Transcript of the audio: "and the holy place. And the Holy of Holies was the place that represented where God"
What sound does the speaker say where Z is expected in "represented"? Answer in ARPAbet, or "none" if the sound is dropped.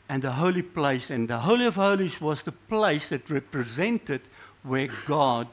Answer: Z